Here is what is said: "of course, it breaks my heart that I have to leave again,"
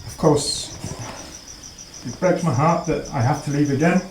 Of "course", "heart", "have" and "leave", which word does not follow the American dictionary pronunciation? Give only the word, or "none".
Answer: have